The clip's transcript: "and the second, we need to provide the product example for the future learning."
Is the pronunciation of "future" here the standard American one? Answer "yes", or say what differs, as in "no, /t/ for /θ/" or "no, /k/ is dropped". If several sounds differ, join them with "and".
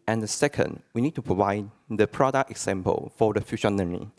no, /ʃ/ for /tʃ/